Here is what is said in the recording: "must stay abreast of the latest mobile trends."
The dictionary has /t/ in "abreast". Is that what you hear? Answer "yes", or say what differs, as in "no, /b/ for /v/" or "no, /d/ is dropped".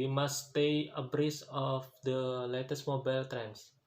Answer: no, /t/ is dropped